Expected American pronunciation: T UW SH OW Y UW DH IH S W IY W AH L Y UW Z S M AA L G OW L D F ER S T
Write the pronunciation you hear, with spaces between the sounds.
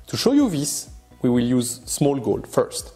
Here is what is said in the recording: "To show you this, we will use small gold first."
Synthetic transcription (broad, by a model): T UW SH OW Y UW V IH S W IY W AH L Y UW Z S M AA L G OW L D F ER S T